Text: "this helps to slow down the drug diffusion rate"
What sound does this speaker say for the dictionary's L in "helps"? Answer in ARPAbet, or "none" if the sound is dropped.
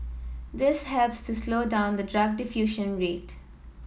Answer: L